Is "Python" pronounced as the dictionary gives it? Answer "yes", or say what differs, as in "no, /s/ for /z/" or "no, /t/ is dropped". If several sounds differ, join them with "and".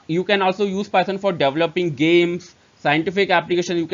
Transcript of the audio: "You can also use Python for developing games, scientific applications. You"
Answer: no, /s/ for /θ/